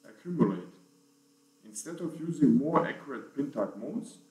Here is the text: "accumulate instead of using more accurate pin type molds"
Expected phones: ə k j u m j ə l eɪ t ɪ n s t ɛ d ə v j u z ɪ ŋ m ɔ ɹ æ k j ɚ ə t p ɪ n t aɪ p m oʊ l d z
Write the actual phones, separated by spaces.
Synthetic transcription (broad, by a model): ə k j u m j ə l eɪ t ɪ n s t ɛ d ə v j u z ɪ ŋ m ɔ ɹ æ k j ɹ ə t p ɪ n t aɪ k m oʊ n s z